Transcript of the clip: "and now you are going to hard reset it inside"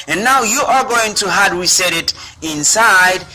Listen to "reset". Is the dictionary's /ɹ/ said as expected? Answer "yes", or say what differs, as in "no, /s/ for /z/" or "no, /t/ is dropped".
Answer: no, /w/ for /ɹ/